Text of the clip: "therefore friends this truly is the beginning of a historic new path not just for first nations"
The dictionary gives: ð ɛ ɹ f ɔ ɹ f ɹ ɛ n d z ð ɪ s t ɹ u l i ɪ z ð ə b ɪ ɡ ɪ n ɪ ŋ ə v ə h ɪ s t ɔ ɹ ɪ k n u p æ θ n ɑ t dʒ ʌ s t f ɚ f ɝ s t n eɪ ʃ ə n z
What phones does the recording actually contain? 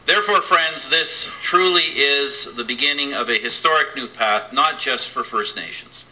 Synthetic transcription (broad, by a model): ð ɛ ɹ f ɔ ɹ f ɹ ɛ n d z ð ɪ s t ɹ u l i ɪ z ð ə b ɪ ɡ ɪ n ɪ ŋ ə v ə h ɪ s t ɔ ɹ ɪ k n u p æ θ n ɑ t dʒ ʌ s t f ɚ f ɝ s t n eɪ ʃ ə n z